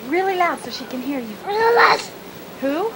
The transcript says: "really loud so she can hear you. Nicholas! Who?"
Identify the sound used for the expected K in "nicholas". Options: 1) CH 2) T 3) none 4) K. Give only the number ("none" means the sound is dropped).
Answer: 3